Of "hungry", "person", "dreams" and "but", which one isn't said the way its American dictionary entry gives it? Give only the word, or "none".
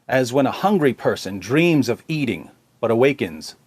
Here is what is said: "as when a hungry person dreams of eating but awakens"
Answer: none